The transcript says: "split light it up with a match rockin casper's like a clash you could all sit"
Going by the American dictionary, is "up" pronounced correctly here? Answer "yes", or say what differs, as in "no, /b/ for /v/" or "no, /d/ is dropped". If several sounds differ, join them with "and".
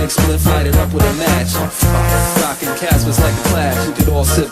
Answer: yes